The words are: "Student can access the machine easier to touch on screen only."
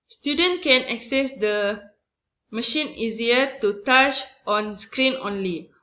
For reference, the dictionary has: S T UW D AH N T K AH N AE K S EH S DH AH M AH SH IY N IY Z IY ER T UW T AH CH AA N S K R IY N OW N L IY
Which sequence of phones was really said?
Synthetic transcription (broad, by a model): S T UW D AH N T K AH N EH K S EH S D AH M AH SH IY N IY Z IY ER T UW T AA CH AA N S K R IY N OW N L IY